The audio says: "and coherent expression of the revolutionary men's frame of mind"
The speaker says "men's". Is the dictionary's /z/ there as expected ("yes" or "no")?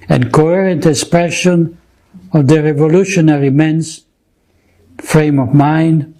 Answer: no